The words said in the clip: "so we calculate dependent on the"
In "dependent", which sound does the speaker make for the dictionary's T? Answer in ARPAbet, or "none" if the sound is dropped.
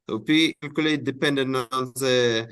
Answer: none